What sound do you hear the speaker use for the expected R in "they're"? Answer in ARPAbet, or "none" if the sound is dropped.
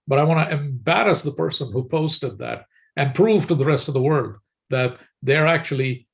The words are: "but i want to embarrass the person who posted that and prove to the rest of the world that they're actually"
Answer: R